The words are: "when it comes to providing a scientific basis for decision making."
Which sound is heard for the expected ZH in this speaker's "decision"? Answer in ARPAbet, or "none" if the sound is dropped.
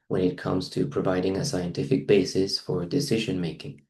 ZH